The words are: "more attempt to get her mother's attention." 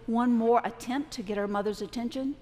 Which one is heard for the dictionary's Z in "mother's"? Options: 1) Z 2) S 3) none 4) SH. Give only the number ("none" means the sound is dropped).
1